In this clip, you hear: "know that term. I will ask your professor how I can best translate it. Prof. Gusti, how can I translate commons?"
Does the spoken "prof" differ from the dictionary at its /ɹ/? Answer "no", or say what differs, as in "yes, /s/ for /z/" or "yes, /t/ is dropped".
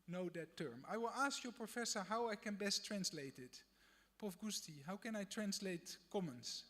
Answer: yes, /ɹ/ is dropped